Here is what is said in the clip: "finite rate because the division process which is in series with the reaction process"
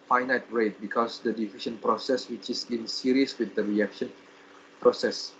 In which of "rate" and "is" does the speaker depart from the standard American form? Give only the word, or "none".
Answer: is